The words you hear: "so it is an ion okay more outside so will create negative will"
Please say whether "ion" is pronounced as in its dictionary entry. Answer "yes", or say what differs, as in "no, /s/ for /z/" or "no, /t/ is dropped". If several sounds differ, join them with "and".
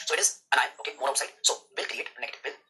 no, /n/ is dropped